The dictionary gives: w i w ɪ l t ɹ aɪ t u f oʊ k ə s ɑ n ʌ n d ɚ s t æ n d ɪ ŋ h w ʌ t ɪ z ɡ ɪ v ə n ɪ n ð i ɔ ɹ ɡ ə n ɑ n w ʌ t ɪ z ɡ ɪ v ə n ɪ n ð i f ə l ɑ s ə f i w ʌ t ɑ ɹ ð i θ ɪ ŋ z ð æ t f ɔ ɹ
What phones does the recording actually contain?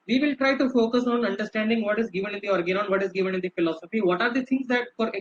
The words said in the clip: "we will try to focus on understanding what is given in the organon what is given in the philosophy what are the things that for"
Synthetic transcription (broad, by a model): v i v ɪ l t ɹ aɪ t u f oʊ k ə s ɑ n ʌ n d ɚ s t æ n d ɪ ŋ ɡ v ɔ t ɪ z ɡ ɪ v ə n ɪ n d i ɔ ɹ ɡ ə n ɑ n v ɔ t ɪ z ɡ ɪ v ə n ɪ n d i f ə l ɑ s ə f i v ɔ t ɑ ɹ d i t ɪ ŋ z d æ t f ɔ ɹ